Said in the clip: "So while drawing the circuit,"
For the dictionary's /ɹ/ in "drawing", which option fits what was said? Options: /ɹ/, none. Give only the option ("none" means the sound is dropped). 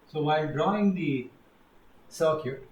/ɹ/